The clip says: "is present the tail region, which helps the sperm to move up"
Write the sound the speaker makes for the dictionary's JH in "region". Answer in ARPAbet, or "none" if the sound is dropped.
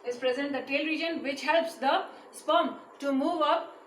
JH